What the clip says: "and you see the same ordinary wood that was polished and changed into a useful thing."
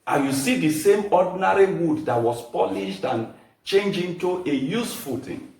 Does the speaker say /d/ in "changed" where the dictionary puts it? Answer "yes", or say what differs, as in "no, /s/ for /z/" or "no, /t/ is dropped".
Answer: no, /d/ is dropped